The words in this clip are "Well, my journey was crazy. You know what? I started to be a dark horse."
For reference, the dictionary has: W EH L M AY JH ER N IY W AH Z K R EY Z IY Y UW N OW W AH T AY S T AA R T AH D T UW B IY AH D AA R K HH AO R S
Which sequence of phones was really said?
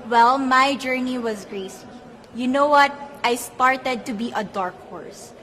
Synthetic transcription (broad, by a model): W EH L M AY JH ER N IY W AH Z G R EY S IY Y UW N OW W AH T AY S T AA R T AH D T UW B IY AH D AA R K HH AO R S